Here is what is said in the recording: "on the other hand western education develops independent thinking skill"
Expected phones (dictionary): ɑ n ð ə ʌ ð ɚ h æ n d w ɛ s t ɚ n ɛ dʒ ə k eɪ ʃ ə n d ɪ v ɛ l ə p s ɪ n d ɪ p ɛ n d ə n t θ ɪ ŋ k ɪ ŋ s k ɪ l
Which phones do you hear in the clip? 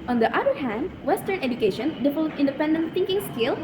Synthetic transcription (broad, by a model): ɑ n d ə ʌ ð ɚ h æ n d w ɛ s t ɚ n ɛ dʒ ə k eɪ ʃ ə n d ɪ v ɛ l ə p ɪ n d ɪ p ɛ n d ə n t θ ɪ ŋ k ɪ ŋ s k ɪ l